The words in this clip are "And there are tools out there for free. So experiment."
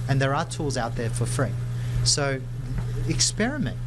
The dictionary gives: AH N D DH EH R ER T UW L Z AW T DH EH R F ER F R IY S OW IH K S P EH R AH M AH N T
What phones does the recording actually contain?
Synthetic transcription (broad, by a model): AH N DH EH R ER T UW L Z AW T DH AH R F ER F R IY S OW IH K S P EH R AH M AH N T